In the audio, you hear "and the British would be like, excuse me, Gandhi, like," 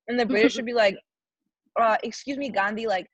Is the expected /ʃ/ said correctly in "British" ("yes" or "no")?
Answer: yes